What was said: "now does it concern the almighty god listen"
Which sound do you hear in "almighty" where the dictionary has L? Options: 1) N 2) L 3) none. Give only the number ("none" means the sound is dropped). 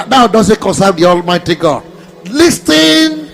2